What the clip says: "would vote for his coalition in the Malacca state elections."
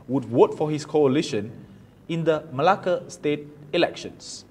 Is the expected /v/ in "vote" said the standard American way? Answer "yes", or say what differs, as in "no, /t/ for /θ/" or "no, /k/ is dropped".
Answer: no, /w/ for /v/